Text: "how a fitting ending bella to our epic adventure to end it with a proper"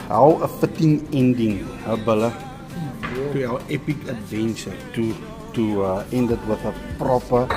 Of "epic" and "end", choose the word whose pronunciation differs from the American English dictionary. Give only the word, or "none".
none